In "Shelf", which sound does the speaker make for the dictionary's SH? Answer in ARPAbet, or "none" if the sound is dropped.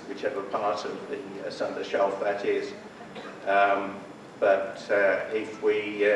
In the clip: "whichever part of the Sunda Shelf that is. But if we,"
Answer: SH